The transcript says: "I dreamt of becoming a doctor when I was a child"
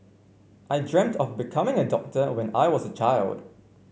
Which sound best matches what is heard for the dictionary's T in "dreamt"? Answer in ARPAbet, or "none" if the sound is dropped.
T